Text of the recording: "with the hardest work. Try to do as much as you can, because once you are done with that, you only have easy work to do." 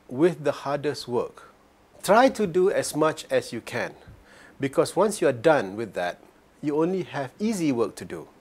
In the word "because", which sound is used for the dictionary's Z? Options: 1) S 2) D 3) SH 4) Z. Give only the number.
1